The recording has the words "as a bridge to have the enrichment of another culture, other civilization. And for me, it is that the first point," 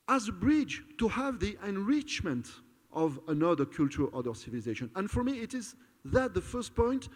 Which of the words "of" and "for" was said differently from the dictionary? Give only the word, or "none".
none